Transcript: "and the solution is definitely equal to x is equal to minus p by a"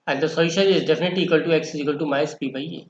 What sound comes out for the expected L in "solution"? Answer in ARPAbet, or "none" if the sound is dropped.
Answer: none